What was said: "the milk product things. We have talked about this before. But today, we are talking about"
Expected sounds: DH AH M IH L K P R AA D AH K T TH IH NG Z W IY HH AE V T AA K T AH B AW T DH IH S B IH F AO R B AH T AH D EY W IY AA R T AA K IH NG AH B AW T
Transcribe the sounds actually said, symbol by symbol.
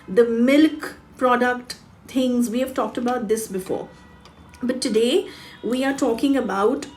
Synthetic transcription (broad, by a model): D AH M IH L K P R AA D AH K T T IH NG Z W IY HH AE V T AA K T AH B AW T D IH S B IH F AO R B AH T AH D EY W IY AA R T AA K IH NG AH B AW T